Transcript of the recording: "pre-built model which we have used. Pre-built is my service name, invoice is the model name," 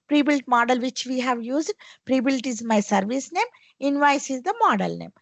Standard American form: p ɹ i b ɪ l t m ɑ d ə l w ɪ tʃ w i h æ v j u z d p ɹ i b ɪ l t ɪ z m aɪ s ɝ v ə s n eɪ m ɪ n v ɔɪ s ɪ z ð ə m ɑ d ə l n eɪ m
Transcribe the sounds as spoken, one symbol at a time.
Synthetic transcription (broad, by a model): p ɹ i b ɪ l t m ɑ d ə l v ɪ tʃ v i h æ v j u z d p ɹ i b ɪ l t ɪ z m aɪ s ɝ v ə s n eɪ m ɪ n v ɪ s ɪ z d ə m ɑ d ə l n eɪ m